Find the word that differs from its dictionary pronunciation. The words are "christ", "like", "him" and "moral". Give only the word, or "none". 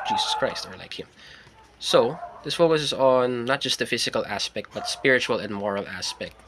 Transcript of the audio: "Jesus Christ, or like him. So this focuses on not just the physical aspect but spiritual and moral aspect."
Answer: none